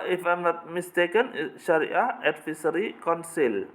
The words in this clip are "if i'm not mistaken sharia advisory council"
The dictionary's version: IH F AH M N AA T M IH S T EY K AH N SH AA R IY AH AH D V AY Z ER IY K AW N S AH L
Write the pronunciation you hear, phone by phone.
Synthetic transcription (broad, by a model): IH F AH M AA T M IH S T EY K AH N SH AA R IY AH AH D F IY S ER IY K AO N S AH L